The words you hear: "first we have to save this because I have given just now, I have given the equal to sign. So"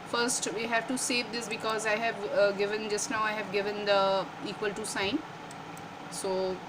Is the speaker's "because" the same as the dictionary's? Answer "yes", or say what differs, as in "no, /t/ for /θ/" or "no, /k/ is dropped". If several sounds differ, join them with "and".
yes